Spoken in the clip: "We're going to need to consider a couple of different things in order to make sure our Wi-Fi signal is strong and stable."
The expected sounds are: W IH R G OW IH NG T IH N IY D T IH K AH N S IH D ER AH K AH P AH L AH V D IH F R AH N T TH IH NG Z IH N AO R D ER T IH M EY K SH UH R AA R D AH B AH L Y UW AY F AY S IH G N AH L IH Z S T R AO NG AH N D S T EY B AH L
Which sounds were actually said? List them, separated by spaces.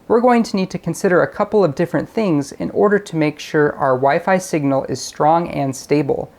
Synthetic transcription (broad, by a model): W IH R G OW IH NG T IH N IY D T IH K AH N S IH D ER AH K AH P L AH V D IH F R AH N TH IH NG Z IH N AO R D ER T IH M EY K SH UH R AA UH AH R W AY F AY S IH G N L IH Z S T R AO NG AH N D S T EY B L